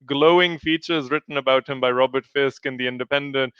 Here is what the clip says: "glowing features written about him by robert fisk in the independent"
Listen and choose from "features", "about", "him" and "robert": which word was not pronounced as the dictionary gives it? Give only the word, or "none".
none